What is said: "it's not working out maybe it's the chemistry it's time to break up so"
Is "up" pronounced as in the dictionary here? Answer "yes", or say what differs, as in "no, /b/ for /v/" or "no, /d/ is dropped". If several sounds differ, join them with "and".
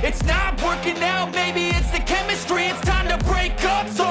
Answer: yes